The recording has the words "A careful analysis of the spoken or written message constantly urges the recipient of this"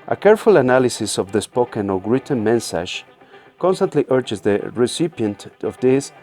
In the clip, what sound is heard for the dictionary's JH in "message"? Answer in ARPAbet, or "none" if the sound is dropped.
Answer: SH